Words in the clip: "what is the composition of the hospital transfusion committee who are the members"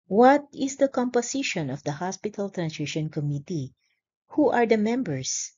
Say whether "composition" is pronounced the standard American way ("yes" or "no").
no